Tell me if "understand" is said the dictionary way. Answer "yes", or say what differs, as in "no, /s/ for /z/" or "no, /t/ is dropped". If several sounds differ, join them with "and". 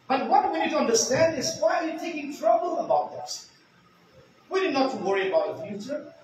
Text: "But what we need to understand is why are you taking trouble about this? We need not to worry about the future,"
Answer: yes